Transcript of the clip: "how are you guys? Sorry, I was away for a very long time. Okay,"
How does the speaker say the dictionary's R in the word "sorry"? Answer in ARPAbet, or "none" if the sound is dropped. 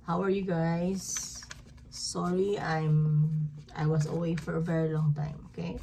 L